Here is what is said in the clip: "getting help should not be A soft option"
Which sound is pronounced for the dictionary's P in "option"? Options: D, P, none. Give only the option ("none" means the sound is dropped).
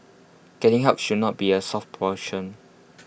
none